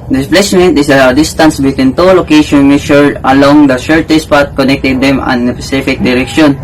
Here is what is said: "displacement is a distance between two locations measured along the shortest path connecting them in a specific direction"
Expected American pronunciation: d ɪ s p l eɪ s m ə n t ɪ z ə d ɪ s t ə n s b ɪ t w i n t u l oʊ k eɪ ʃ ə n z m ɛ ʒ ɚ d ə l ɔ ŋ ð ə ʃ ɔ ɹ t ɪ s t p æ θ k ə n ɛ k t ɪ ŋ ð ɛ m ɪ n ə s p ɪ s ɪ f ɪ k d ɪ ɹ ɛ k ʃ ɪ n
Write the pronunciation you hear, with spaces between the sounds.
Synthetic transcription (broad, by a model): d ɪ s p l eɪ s m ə n t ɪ s ə d ɪ s t ə n s b ɪ t w i n t u l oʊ k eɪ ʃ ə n m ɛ ʃ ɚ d ə l ɔ ŋ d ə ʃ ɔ ɹ t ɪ s p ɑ t k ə n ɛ k t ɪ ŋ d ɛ m ɪ n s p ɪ s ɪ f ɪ k d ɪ ɹ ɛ k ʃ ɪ n